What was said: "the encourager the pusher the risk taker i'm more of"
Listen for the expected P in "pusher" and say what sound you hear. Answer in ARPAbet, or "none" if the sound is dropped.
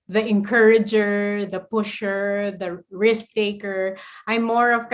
P